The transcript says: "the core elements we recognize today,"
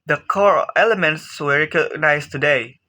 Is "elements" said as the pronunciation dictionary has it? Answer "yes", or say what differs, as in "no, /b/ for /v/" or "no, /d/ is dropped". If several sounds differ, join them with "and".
no, /s/ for /t/